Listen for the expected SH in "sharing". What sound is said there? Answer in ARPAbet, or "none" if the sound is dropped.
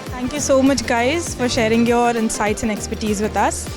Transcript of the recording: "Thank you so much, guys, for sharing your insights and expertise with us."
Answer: SH